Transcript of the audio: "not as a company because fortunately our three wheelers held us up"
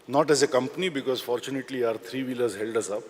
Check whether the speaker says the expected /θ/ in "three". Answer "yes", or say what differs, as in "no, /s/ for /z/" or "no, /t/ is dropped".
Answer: no, /t/ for /θ/